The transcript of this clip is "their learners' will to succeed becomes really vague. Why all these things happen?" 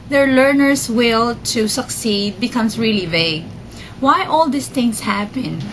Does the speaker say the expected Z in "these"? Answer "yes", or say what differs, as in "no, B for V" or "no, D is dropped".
no, S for Z